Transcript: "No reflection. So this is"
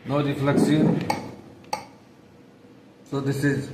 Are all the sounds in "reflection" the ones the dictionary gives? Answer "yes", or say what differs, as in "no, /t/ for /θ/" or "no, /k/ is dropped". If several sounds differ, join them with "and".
no, /s/ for /ʃ/